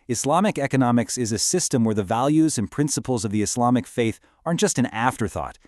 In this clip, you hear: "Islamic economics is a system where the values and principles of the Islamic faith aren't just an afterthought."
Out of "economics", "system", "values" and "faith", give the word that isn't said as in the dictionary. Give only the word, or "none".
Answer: none